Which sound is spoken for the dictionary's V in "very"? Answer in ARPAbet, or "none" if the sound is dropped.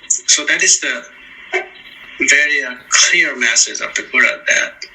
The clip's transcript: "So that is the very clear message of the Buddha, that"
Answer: V